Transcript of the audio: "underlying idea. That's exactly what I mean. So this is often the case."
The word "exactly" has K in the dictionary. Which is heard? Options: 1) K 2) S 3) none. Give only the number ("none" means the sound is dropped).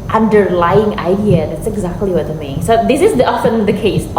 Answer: 1